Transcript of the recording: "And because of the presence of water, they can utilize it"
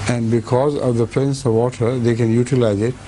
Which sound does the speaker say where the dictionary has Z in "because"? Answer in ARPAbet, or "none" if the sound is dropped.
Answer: Z